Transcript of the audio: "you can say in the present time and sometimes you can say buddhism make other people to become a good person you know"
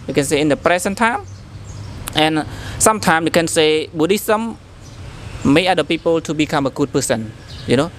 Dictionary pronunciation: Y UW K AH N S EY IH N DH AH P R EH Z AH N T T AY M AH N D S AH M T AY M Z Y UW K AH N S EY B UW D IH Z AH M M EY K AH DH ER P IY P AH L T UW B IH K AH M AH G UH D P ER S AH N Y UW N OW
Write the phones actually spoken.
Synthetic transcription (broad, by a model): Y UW K AH N S EY IH N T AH P R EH S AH N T T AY M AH N S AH M T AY M Y UW K AH N S EY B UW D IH S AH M M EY AH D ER P IY P AH L T UW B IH K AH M AH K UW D P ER S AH N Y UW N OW